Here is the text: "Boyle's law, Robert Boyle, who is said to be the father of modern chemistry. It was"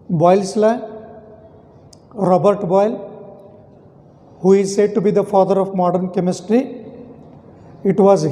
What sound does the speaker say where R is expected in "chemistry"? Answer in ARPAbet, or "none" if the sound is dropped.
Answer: R